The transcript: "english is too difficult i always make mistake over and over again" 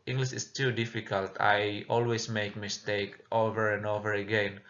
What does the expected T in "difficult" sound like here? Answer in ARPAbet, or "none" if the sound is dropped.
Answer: T